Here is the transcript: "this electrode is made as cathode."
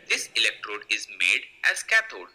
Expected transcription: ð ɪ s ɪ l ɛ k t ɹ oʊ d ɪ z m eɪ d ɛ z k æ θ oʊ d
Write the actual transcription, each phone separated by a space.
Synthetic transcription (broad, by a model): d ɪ s ɪ l ɛ k t ɹ oʊ d ɪ z m eɪ d ɛ z k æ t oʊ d